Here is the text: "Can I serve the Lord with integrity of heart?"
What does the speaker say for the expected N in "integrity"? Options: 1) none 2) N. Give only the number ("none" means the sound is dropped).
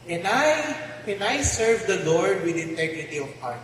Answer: 2